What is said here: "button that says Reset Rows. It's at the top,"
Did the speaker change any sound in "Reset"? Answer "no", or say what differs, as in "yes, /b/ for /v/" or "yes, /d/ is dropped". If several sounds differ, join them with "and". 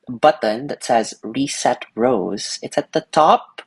no